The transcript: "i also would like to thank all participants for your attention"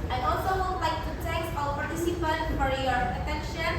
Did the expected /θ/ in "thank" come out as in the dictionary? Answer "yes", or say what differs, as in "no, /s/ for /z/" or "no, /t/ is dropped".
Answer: no, /t/ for /θ/